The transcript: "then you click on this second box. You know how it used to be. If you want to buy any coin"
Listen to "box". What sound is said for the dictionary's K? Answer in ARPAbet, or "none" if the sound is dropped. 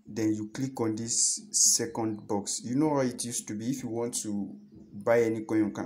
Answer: K